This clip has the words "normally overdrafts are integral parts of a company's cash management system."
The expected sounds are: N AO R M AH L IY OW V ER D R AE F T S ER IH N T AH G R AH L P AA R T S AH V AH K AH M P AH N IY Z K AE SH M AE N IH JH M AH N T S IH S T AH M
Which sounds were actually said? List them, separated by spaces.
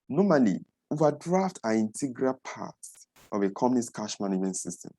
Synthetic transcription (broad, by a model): N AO M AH L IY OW V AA D R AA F T AA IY N T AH G R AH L P AA T S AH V AH K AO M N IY S K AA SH M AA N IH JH M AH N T S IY S T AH M